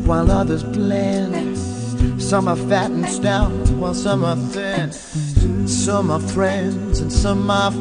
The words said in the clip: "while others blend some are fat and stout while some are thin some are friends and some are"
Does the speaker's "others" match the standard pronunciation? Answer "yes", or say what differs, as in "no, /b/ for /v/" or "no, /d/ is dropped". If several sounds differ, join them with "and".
yes